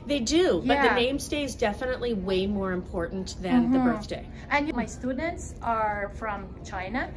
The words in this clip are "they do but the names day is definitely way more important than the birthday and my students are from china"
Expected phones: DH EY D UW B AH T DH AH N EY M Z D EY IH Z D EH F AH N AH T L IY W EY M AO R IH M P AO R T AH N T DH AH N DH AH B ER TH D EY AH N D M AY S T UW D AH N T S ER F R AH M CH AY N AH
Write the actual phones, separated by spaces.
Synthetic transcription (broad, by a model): DH EY D UW B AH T DH AH N EY M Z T EY IH Z D EH F AH N AH T L IY W EY M AO R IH M P AO R T N DH AH N DH AH B ER TH D EY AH N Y M AY S T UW D N T S ER F R AH M CH AY N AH